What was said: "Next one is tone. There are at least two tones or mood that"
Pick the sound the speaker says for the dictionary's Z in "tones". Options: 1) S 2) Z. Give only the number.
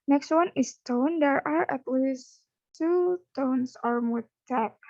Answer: 1